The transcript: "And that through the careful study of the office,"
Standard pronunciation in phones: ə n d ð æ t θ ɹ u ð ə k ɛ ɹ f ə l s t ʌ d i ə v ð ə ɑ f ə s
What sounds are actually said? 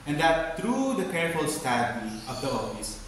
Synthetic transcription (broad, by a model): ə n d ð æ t t ɹ u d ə k ɛ ɹ f ə l s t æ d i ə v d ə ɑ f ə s